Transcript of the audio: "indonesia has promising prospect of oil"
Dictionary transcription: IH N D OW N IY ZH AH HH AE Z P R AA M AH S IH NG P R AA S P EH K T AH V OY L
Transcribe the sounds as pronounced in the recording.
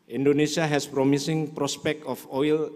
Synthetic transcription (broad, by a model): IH N D OW N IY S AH HH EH S P R AA M AH S IH NG P R AA S P EH K T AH F OY L